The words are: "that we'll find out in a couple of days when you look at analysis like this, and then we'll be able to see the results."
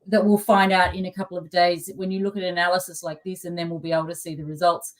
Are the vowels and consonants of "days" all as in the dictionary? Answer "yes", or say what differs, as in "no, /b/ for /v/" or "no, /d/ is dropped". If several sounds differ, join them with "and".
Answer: yes